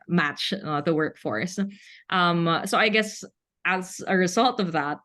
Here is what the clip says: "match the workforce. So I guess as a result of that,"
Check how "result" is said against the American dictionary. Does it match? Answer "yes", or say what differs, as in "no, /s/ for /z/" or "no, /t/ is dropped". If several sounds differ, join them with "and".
yes